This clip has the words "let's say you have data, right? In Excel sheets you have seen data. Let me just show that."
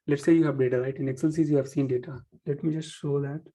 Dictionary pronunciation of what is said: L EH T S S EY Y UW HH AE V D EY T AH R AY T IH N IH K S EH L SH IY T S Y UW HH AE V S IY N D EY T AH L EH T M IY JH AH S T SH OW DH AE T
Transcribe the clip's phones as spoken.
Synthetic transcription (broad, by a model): L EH T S S EY Y UW HH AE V D EY T AH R AY T IH N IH K S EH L S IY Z Y UW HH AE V S IY N D EY T AH L EH T M IY JH AH S T SH OW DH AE T